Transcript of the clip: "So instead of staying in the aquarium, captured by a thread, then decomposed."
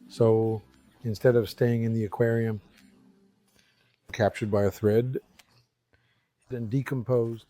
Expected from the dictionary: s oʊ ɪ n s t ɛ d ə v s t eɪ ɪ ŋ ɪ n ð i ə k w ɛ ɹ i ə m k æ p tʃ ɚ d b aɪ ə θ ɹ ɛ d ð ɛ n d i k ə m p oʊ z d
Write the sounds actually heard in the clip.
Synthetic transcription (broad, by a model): s oʊ ɪ n s t ɛ d ə v s t eɪ ɪ ŋ ɪ n ð i ə k w ɛ ɹ i ə m k æ p tʃ ɚ d b aɪ ə θ ɹ ɛ d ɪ n d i k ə m p oʊ z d